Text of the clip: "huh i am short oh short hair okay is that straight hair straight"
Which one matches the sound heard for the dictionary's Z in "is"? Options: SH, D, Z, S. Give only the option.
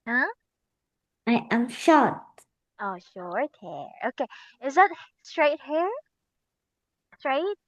Z